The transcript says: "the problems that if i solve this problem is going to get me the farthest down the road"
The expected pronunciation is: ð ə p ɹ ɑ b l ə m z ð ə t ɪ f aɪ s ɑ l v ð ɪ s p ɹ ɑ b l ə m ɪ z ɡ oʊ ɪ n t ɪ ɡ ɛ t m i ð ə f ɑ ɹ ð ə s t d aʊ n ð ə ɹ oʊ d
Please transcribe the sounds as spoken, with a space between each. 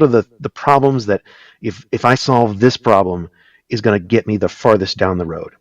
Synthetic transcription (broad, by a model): ð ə p ɹ ɑ b l ə m z ð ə t ɪ f aɪ s ɑ l v ð ɪ s p ɹ ɑ b l ə m ɪ z ɡ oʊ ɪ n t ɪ ɡ ɛ t m i ð ə f ɑ ɹ ð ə s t d aʊ n ð ə ɹ oʊ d